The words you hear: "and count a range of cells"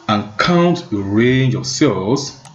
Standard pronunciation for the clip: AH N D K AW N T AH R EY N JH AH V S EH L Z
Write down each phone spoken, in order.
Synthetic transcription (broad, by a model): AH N K AW N T AH R EY N JH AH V S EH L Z